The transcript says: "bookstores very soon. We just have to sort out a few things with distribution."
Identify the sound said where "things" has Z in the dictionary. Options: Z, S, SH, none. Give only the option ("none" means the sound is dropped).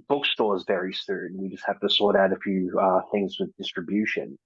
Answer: Z